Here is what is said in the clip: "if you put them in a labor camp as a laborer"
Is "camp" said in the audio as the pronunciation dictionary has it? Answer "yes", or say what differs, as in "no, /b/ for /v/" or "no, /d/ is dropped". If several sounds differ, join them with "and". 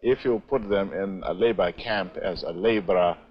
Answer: yes